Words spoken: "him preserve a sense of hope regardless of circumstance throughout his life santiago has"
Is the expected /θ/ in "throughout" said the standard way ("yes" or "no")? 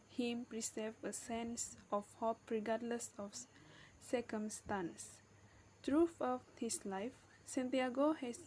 no